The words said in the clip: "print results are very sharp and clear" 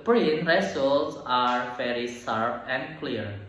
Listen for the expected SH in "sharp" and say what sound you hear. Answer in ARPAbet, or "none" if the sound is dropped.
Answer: S